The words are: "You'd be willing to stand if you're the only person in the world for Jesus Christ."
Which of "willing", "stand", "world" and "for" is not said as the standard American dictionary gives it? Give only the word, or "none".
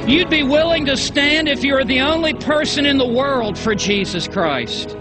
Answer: none